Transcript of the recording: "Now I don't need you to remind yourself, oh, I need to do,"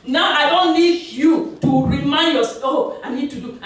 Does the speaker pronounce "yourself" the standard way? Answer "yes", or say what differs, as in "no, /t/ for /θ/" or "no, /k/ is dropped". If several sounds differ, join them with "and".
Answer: no, /l/ is dropped